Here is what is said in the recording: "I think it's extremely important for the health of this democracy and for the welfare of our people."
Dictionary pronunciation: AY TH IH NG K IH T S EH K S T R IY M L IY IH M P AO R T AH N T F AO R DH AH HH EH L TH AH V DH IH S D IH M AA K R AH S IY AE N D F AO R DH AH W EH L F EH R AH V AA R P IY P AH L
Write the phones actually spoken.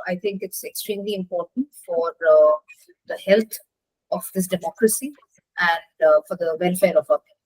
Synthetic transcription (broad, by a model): AY T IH NG K IH T S EH K S T R IY M L IY IH M P AO R T AH N T F AO R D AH HH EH L T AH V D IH S D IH M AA K R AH S IY AE N D F AO R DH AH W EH L F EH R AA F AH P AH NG